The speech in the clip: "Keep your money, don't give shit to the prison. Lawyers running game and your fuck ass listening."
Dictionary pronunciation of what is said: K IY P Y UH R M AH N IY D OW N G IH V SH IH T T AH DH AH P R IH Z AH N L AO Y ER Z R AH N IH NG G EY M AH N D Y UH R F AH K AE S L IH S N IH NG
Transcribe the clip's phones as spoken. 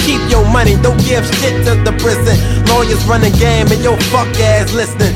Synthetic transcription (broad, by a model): K IY P Y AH R M AH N IY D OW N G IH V S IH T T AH DH AH P R IH Z AH N L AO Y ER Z R AH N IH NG G EY M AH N Y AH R F AH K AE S L IH S N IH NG